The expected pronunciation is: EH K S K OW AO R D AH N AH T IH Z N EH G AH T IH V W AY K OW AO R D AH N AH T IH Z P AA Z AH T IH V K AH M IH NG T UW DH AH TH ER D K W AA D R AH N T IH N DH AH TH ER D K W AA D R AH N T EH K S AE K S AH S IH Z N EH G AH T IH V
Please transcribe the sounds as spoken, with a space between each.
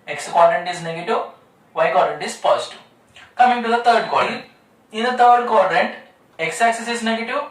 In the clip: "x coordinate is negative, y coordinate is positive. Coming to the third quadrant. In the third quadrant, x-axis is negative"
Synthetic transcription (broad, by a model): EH K S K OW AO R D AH N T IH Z N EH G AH T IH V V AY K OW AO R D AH N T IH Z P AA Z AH T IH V K AH M IH NG T UW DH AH T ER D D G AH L IH N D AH T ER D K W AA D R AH N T EH K S AE K S AH S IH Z N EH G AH T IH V